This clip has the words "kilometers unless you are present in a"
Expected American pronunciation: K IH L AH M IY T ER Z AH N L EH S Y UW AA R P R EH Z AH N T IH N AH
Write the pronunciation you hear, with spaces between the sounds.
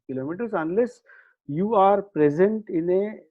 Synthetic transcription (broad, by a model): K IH L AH M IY T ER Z AH N L EH S Y UW AA R P R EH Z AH N T IH N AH